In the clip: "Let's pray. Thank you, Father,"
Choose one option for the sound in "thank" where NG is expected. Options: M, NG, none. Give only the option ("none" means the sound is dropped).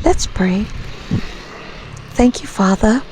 NG